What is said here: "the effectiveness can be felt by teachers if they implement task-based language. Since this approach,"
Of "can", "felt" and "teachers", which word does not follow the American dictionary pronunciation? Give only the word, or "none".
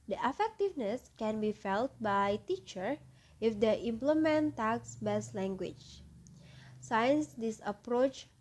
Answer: teachers